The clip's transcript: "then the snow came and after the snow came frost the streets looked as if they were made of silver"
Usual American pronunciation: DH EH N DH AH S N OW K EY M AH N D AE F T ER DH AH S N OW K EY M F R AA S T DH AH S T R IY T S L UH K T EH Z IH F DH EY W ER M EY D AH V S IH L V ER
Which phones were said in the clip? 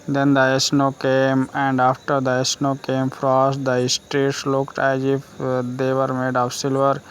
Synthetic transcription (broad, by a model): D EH N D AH S N OW K EY M AH N D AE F T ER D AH S N OW K EY M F R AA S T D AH S T R IY T S L UH K T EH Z IH F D EY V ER M EY D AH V S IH L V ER